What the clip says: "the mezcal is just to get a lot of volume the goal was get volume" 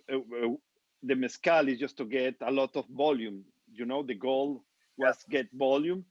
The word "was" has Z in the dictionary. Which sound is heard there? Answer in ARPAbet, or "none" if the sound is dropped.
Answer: S